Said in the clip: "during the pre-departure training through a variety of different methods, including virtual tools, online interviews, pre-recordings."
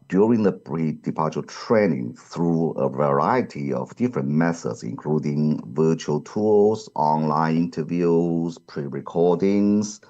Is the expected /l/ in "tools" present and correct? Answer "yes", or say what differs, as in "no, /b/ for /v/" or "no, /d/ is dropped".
no, /l/ is dropped